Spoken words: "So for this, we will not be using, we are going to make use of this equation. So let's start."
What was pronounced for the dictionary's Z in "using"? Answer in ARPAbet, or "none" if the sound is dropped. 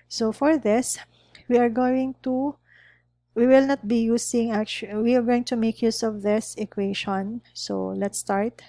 S